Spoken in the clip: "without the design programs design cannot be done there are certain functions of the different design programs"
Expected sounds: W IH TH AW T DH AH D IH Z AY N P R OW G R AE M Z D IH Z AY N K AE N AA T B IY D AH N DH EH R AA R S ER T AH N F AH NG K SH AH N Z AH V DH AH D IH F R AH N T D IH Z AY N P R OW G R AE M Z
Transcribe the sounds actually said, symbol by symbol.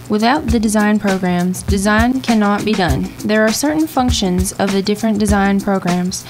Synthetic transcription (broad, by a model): W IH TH AW T DH AH D IH Z AY N P R OW G R AE M Z D IH Z AY N K AE N AA T B IY D AH N DH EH R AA R S ER T N F AH NG K SH AH N Z AH V DH AH D IH F R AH N D IH Z AY N P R OW G R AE M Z